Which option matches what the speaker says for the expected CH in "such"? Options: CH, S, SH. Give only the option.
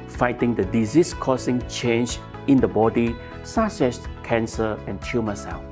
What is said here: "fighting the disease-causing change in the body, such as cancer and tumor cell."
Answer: S